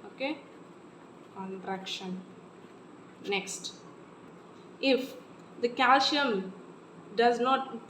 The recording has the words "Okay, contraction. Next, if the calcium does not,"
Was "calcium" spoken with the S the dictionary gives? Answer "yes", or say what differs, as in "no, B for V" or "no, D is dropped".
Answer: no, SH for S